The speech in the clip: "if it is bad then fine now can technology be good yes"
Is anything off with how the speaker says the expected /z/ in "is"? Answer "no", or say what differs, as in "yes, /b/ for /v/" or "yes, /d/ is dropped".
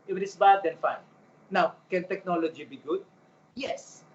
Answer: yes, /s/ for /z/